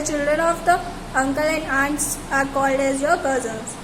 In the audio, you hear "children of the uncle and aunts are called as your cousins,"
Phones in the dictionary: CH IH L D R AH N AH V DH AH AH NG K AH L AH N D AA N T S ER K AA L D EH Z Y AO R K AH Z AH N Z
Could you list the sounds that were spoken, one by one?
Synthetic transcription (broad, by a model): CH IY L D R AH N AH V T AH AH NG K AH L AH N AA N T AA K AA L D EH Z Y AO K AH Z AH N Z